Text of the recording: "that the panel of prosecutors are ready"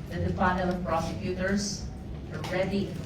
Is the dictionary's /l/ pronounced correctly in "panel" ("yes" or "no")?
no